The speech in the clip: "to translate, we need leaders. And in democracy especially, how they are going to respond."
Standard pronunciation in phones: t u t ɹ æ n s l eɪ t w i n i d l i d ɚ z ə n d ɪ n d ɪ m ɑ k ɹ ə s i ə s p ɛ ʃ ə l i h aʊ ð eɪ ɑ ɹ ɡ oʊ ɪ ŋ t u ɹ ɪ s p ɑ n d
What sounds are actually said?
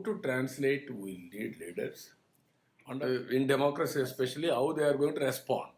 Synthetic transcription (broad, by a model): t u t ɹ æ n s l eɪ t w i l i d l i d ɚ s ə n d ɪ n d ɪ m ɑ k ɹ ə s i ə s p ɛ ʃ ə l i h aʊ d eɪ ɑ ɹ ɡ oʊ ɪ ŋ t u ɹ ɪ s p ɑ n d